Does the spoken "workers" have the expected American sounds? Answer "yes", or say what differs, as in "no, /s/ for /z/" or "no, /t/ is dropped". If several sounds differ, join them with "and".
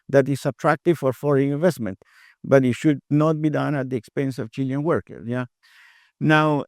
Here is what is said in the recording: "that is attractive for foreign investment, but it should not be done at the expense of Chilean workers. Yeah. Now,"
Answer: no, /z/ is dropped